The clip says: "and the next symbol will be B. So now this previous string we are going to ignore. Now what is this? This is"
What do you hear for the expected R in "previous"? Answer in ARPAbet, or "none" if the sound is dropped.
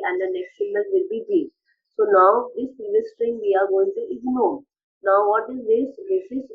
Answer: none